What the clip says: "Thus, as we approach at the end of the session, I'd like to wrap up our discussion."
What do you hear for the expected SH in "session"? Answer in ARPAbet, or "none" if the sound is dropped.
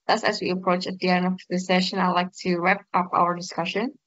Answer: SH